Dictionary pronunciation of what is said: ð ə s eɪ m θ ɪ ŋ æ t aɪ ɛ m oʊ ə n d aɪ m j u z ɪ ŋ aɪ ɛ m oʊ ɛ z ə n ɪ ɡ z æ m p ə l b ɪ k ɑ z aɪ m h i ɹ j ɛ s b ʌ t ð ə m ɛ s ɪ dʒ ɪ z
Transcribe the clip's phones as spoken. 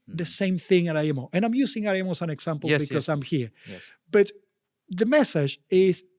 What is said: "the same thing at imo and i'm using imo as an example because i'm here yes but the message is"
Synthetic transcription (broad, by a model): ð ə s eɪ m θ ɪ ŋ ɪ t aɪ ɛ m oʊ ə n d aɪ m j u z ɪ ŋ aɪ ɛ m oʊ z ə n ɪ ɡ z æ m p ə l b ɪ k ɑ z aɪ m h i ɹ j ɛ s b ʌ t ð ə m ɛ s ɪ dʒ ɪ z